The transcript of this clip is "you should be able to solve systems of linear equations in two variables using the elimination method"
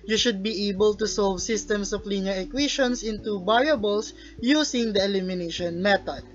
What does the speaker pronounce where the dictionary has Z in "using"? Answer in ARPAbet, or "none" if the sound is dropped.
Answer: S